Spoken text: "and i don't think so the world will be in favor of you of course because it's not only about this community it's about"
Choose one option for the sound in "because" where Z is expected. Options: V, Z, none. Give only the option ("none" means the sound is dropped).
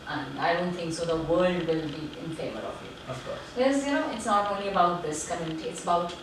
none